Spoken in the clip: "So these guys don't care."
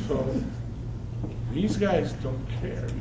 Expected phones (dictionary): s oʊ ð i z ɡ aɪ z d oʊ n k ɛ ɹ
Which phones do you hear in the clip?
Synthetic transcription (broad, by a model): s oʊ ð i z ɡ aɪ z d oʊ n k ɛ ɹ